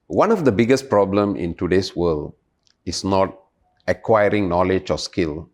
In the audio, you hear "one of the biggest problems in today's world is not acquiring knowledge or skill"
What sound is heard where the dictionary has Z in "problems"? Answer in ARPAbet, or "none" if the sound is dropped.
none